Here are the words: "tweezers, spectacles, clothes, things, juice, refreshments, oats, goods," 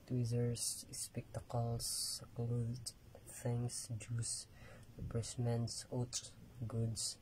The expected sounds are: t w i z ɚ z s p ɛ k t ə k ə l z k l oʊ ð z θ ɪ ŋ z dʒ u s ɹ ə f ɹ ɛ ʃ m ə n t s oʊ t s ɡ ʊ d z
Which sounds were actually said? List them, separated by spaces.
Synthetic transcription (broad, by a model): t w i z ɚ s s p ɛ k t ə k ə l s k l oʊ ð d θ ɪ ŋ s dʒ u s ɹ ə p ɹ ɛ s m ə n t s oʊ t ɡ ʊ d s